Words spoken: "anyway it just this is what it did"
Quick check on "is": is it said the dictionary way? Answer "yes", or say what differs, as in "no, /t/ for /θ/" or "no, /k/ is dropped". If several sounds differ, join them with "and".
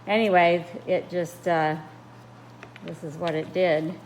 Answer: yes